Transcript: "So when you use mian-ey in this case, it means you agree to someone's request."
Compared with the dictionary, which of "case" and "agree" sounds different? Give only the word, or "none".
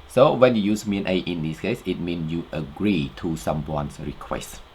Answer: none